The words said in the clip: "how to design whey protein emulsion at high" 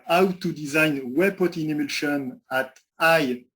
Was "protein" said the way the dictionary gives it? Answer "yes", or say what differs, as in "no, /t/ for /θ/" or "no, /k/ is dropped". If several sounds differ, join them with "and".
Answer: no, /ɹ/ is dropped